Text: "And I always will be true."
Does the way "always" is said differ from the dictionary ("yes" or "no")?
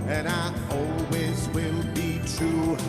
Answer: no